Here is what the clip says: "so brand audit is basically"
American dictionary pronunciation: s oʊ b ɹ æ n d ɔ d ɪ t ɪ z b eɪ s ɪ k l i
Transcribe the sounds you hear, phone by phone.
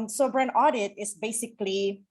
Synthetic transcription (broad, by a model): s oʊ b ɹ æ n ɔ d ɪ t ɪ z b eɪ s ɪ k l i